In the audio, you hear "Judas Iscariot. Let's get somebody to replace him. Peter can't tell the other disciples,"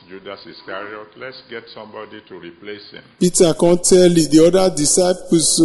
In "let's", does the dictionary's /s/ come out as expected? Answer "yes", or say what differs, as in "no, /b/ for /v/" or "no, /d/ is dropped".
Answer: yes